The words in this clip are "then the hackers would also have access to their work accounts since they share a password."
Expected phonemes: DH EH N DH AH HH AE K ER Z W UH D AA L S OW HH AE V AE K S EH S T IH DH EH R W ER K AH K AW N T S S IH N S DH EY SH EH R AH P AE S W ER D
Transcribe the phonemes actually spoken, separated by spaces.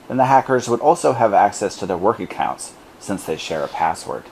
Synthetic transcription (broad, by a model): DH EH N DH AH HH AE K ER Z W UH D AA L S OW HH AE V AE K S EH S T IH DH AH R W ER K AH K AW N T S S IH N S DH EY SH EH R AH P AE S W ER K